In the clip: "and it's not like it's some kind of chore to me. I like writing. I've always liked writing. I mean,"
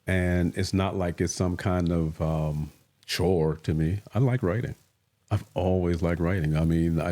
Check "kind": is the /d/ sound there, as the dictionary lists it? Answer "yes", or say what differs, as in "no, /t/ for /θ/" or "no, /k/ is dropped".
yes